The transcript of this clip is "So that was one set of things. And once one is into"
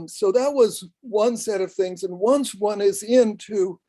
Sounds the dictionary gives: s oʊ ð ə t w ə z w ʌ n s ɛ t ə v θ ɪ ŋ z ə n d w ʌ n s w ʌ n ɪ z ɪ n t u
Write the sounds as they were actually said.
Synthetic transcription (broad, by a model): s oʊ ð ə t w ə z w ʌ n s ɛ t ə v θ ɪ ŋ z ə n w ʌ n s w ʌ n ɪ z ɪ n t u